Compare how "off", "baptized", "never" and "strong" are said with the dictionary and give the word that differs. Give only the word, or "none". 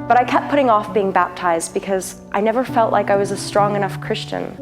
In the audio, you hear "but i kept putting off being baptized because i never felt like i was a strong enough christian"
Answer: none